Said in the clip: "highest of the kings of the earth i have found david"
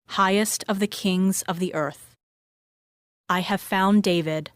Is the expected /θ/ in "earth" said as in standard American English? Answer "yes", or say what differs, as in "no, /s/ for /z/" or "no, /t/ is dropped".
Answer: yes